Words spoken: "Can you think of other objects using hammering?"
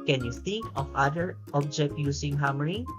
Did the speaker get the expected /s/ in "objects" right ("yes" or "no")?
no